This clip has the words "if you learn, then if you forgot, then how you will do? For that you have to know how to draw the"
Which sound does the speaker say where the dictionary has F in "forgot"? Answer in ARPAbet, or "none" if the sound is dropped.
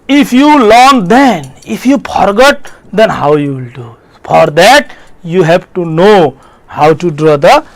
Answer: P